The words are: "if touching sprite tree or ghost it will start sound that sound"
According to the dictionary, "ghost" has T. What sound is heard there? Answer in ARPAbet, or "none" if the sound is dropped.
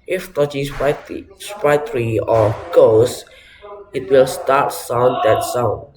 none